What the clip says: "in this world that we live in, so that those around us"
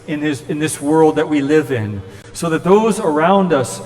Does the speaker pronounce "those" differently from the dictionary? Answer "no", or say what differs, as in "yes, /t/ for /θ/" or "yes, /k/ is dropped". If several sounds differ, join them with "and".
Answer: no